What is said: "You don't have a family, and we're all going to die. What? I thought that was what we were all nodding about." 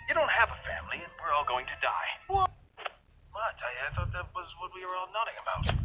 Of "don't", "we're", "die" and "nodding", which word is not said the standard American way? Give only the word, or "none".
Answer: none